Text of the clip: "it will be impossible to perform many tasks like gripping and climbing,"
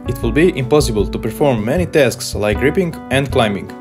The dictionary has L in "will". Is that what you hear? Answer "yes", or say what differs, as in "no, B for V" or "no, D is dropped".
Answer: yes